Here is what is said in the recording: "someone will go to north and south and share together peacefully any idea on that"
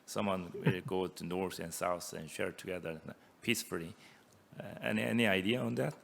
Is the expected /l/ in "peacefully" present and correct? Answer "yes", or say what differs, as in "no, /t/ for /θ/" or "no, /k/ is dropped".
no, /n/ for /l/